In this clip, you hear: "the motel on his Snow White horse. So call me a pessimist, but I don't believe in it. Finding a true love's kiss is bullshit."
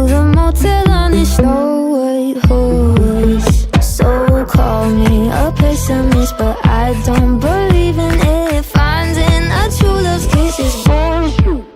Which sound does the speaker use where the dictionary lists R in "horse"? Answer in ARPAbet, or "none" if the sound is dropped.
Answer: W